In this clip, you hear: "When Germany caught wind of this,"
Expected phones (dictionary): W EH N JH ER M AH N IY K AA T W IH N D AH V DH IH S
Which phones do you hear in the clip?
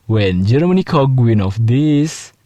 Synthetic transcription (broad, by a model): W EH N JH ER M AH N IY K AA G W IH N AH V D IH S